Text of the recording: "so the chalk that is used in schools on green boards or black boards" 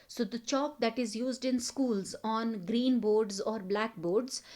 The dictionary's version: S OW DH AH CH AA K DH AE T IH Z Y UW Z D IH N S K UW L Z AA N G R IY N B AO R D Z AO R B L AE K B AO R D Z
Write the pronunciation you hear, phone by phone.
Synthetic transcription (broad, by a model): S OW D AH CH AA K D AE T IH Z Y UW Z D IH N S K UW L Z AA N G R IY N B AO R D Z AO R B L AE K B AO R D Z